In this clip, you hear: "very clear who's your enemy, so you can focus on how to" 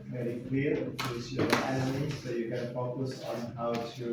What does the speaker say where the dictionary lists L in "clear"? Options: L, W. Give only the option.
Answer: W